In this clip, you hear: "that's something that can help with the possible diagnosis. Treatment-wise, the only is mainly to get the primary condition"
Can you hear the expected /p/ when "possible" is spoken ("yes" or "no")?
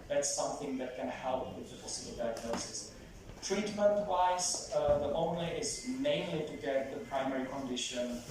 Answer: no